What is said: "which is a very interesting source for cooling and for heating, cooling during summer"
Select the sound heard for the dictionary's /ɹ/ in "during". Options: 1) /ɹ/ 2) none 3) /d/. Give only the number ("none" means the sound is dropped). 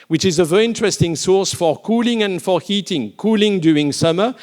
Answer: 2